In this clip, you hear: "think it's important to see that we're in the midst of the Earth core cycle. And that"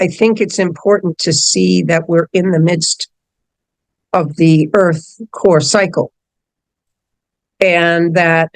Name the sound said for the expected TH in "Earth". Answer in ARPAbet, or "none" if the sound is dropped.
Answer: TH